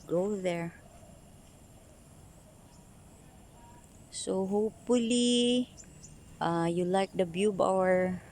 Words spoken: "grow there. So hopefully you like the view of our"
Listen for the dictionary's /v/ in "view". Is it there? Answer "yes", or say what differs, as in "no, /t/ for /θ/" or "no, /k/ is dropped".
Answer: no, /b/ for /v/